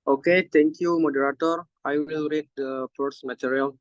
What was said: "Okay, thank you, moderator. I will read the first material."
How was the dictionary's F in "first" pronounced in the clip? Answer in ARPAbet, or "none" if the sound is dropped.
P